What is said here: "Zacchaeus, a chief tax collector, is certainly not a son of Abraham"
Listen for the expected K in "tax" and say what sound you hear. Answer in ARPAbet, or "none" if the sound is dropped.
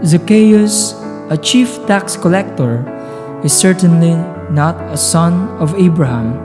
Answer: K